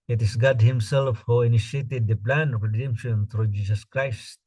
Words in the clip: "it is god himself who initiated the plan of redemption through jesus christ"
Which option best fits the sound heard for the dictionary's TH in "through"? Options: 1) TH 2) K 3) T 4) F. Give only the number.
3